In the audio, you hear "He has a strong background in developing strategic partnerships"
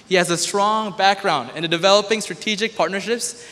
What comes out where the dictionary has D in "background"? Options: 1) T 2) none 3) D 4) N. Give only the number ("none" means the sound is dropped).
3